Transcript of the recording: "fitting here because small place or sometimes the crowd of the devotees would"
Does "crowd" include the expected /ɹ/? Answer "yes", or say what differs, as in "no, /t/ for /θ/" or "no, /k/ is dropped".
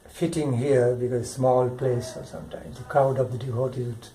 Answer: no, /ɹ/ is dropped